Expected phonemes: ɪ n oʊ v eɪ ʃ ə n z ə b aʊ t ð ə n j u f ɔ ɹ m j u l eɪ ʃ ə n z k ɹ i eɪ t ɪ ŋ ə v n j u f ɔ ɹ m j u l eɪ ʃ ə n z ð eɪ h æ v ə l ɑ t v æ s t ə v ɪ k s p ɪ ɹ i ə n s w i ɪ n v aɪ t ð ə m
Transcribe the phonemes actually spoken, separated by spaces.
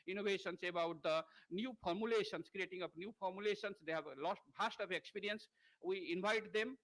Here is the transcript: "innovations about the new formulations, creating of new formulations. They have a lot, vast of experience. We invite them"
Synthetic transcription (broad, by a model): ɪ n oʊ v eɪ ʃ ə n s ə b aʊ t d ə n j u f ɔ ɹ m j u l eɪ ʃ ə n s k ɹ i eɪ t ɪ ŋ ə p n j u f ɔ ɹ m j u l eɪ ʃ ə n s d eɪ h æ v l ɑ t b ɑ s t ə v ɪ k s p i ɹ i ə n s w i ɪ n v aɪ t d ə m